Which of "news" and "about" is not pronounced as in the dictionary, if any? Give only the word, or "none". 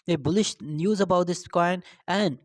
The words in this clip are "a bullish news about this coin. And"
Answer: none